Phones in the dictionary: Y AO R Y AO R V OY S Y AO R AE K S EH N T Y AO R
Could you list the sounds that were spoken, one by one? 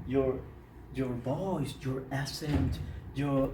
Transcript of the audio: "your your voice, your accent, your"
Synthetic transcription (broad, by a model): Y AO R Y AO R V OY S Y AO R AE S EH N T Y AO R